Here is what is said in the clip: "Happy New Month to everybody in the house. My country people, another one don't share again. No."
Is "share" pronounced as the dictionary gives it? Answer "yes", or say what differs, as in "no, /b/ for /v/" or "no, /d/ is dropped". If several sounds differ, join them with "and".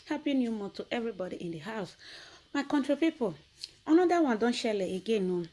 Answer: no, /l/ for /ɹ/